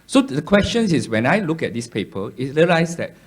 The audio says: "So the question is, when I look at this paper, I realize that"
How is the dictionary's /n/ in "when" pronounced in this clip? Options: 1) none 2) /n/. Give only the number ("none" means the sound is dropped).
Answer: 2